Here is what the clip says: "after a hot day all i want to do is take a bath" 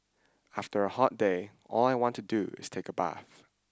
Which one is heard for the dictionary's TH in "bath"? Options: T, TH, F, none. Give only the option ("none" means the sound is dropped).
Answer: TH